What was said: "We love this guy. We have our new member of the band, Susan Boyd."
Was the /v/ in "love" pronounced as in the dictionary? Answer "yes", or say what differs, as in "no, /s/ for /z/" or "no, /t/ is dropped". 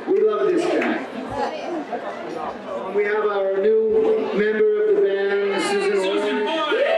yes